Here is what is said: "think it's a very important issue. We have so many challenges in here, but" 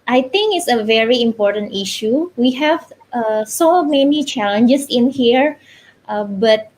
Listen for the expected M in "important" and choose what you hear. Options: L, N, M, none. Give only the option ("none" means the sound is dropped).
M